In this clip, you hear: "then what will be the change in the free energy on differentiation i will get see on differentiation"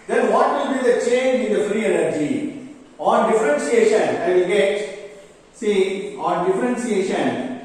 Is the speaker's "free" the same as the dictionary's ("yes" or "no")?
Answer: yes